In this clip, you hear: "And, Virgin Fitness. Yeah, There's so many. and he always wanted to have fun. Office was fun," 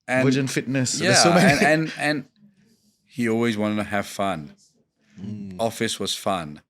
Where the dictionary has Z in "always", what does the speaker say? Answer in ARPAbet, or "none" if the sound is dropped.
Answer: Z